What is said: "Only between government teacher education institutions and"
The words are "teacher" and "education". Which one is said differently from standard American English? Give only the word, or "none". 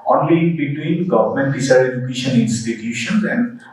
teacher